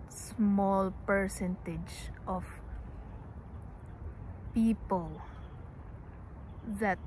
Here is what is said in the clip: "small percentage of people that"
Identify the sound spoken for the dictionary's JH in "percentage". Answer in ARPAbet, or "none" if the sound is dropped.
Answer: JH